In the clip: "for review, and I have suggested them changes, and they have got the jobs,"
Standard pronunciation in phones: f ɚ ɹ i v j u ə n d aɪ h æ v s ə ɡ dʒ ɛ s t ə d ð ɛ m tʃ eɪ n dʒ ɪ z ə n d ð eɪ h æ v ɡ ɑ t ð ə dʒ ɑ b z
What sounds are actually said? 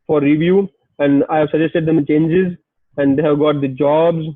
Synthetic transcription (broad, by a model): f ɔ ɹ i v j u ə n d aɪ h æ v s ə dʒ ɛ s t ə d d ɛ m tʃ eɪ n dʒ ɪ z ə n d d eɪ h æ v ɡ ɑ t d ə dʒ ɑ b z